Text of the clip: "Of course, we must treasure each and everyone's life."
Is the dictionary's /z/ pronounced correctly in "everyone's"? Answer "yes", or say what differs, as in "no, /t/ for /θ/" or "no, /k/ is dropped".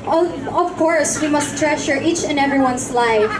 no, /s/ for /z/